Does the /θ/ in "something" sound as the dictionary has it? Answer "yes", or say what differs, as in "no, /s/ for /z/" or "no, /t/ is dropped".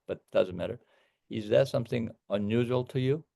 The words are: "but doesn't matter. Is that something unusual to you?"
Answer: yes